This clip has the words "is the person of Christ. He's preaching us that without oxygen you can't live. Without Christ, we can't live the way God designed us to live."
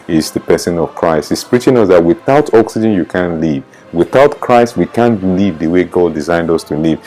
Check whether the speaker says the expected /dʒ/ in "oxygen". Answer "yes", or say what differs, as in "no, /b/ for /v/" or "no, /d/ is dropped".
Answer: yes